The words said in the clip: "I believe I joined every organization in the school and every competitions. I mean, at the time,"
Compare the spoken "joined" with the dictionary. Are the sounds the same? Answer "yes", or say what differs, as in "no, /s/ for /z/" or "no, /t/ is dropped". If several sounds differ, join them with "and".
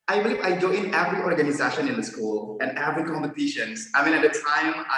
no, /d/ is dropped